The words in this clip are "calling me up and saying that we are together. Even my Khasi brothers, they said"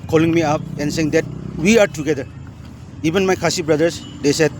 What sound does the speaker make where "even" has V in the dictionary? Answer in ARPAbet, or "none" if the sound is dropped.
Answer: B